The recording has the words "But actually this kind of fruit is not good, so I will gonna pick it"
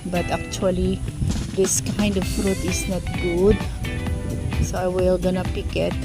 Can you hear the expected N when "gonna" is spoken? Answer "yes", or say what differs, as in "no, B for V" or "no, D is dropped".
yes